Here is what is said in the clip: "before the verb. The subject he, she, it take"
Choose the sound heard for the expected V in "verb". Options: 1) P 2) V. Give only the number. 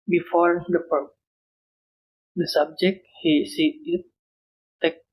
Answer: 1